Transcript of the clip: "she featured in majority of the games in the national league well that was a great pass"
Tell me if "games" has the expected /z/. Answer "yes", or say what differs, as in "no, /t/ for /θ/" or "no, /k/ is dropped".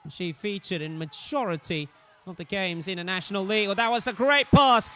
yes